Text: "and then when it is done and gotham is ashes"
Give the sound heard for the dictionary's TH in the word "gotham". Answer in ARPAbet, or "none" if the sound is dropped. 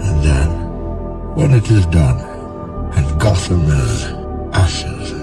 T